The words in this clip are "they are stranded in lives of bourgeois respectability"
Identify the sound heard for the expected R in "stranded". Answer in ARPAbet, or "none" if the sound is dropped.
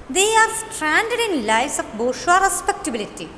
R